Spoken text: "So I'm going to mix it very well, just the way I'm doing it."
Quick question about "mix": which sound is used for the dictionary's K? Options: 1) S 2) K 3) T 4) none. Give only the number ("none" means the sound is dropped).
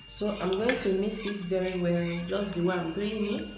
4